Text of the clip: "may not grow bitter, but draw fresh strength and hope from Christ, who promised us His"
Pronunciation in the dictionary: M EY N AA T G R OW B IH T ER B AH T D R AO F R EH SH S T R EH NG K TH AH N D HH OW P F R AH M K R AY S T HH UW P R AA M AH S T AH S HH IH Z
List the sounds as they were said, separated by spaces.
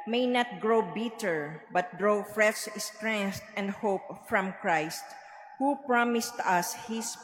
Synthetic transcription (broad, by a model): M EY N AA T G R OW B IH T ER B AH T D R AO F R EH S S T R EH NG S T AH N D HH OW P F R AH M K R AY S T HH UW P R AA M AH S T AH S HH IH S